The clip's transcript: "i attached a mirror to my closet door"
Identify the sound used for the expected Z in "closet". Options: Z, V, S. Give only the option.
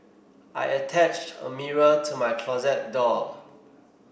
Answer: Z